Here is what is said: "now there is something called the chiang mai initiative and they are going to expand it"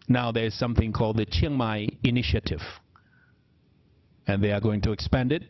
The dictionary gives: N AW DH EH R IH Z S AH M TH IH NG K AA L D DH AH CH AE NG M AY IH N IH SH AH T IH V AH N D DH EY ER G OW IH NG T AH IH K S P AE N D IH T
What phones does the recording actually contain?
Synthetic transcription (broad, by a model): N AW DH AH R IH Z S AH M TH IH NG K AA L D DH AH CH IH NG M AY IH N IH SH AH T IH V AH N DH EY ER G OW IH NG T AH IH K S P AE N D IH T